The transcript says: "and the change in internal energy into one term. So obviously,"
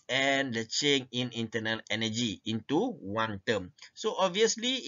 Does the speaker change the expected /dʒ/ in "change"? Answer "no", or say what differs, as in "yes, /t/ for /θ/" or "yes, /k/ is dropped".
yes, /dʒ/ is dropped